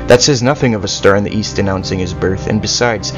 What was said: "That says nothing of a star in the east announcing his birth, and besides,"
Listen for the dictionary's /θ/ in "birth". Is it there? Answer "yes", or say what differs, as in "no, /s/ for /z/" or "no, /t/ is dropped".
yes